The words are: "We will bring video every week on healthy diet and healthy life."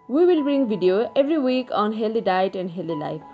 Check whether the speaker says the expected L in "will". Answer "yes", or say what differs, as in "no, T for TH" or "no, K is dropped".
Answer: yes